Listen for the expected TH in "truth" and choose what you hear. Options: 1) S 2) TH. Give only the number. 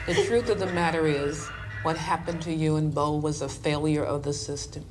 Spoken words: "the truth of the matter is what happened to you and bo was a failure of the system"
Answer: 2